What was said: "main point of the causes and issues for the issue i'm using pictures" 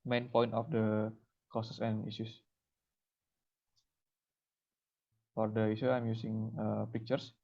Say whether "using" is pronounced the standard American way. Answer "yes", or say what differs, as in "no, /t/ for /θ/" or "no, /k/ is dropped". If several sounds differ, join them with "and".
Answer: no, /s/ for /z/